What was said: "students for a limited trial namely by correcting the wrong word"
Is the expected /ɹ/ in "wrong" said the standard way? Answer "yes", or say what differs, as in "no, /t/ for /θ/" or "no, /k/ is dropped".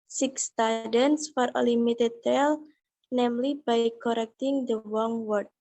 no, /w/ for /ɹ/